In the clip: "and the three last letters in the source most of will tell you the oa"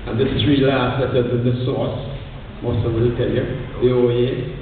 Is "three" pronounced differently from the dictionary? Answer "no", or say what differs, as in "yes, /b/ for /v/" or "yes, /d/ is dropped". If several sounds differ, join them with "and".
yes, /t/ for /θ/